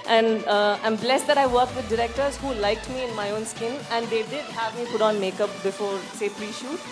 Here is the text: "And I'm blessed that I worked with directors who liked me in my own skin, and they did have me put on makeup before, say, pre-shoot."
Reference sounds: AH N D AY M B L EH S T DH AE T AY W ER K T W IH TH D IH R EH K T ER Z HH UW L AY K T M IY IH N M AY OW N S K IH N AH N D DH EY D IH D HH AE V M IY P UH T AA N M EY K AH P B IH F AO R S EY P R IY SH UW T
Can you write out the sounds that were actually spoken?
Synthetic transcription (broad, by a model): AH N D AY M B L EH S T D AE T AY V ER K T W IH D D IH R EH K T ER Z HH UW L AY K T M IY IH N M AY OW N S K IH N AH N D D EY D IH D HH AE V M IY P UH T AA N M EY K AH P B IH F AO R S EY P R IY SH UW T